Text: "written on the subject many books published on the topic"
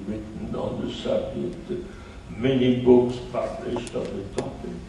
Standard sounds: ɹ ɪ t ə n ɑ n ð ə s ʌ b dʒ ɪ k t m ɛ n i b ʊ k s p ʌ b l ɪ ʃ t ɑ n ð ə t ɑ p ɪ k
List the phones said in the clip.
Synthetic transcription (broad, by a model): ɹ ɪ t n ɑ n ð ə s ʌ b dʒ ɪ t m ɛ n i b ʊ k s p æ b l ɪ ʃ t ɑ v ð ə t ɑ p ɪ